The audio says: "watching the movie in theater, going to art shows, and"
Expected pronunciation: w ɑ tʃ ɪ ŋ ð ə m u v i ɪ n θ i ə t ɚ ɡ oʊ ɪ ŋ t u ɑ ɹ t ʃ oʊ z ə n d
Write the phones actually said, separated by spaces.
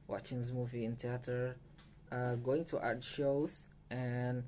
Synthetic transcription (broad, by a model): w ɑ tʃ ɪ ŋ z m u v i ɪ n t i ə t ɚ ɡ oʊ ɪ ŋ t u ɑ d ʃ oʊ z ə n